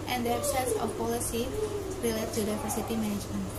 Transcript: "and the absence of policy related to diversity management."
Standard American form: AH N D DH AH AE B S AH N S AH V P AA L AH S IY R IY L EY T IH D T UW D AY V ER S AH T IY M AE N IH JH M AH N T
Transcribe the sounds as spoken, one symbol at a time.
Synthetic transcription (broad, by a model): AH N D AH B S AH S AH F P AA L AH S IY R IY L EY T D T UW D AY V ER S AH T IY M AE N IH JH M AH N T